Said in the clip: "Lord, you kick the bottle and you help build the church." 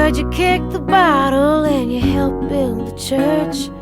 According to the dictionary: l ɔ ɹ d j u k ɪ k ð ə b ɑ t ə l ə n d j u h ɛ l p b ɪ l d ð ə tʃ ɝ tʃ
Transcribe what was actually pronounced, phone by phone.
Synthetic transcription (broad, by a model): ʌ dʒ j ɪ k ɪ k ð ə b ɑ t l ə n j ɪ h ɛ l p b ɪ l d ð ə tʃ ɝ tʃ